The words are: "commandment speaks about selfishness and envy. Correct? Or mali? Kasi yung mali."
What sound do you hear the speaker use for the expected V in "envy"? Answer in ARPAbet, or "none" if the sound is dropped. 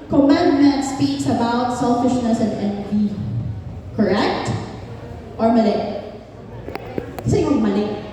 B